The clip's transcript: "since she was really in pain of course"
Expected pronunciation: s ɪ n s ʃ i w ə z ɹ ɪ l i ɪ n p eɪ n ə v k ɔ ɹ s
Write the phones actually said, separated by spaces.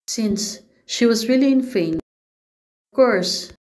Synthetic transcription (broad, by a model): s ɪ n s ʃ i w ə z ɹ ɪ l i ɪ n f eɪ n ə v k ɔ ɹ s